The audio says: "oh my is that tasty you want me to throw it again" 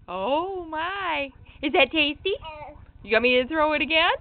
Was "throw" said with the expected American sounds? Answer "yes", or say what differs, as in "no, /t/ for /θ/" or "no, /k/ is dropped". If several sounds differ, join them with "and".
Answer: yes